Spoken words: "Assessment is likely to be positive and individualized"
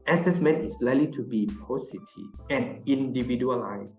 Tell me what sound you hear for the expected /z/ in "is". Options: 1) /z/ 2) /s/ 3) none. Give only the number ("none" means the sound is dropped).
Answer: 2